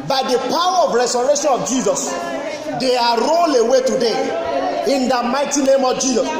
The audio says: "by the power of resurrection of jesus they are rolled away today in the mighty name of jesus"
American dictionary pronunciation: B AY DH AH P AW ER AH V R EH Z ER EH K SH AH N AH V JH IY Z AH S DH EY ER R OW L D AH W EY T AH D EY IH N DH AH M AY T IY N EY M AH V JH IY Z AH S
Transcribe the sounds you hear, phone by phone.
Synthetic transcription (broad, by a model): B AY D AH P AW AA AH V R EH S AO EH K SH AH N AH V JH IY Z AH S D EY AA R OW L AH W EY T AH D EY IH N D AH M AY T IY N EY M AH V JH IY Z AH S